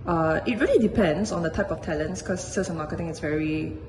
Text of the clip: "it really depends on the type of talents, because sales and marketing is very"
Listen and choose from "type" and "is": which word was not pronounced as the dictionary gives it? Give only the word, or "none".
is